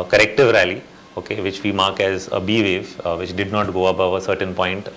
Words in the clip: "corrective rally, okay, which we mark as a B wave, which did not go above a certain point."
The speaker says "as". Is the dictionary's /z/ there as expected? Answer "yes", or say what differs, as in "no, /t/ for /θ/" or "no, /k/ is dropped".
yes